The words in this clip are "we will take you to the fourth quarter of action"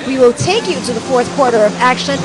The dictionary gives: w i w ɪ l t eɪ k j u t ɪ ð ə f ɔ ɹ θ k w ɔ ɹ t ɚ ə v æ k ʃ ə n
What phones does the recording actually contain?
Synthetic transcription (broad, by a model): w i w ɪ l t eɪ k j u t ɪ ð ə f ɔ ɹ θ k w ɔ ɹ t ɚ ə v æ k ʃ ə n